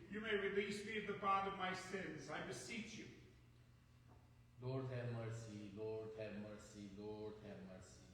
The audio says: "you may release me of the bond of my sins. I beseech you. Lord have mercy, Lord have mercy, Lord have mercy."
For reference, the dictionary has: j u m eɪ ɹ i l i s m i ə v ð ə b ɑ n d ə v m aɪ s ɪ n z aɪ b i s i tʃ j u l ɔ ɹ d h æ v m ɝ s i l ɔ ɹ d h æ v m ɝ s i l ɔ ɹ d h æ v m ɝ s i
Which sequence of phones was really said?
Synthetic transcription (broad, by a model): j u m eɪ ɹ i l i s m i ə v ð ə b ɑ d ə v m aɪ s ɪ n z aɪ b i s i tʃ j u l ɔ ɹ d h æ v m ɝ s i l ɔ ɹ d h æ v m ɝ s i l ɔ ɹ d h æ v m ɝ s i